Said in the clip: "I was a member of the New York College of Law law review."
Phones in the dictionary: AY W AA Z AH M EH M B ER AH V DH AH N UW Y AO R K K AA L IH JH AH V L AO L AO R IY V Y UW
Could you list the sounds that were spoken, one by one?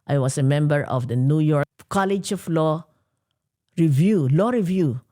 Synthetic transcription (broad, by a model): AY W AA S AH M EH M B ER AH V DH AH N UW Y AO R K K AA L IH JH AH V L AO L AO R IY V Y UW